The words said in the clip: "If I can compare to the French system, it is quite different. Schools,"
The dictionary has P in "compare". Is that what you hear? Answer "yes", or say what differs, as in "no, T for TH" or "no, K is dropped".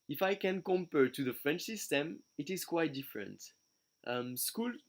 yes